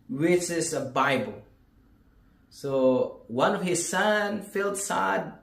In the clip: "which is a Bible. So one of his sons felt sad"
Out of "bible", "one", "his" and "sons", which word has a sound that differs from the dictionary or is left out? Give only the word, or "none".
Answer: sons